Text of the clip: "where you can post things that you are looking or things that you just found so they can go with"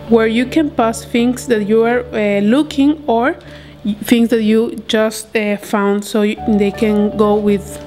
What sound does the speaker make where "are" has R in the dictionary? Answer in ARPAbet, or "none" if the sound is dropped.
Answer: R